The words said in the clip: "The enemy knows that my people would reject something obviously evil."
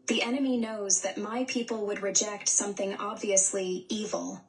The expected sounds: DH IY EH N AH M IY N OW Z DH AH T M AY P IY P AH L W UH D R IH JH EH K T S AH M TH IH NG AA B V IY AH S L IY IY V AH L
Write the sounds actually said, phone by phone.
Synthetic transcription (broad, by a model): DH IY EH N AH M IY N OW Z DH AH T M AY P IY P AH L W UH D R IH JH EH K T S AH M TH IH NG AA B V IY AH S L IY IY V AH L